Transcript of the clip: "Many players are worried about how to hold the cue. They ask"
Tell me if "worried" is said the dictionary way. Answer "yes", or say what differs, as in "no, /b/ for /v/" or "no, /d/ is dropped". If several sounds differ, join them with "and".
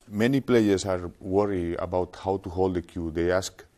no, /d/ is dropped